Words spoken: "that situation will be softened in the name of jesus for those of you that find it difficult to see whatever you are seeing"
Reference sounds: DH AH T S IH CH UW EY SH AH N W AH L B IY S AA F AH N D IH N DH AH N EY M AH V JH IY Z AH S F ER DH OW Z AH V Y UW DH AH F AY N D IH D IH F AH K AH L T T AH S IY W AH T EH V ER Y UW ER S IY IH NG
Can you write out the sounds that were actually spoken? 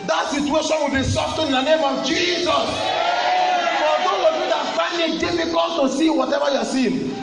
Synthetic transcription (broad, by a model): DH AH T S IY CH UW EY SH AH N W AH L B IY S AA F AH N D IH N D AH N EY M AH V JH IY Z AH S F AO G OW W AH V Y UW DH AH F AY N IH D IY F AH K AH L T T AH S IY W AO T EH V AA Y UW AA S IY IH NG